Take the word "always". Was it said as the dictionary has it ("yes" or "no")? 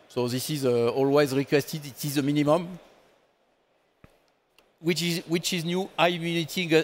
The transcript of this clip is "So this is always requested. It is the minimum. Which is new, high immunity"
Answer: yes